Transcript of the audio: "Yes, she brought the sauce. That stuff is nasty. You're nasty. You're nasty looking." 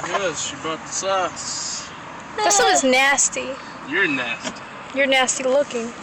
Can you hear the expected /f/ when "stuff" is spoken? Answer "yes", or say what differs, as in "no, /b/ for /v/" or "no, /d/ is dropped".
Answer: no, /f/ is dropped